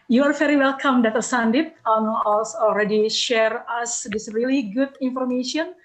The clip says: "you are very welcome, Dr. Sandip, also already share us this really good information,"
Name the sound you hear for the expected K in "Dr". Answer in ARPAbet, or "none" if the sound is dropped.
none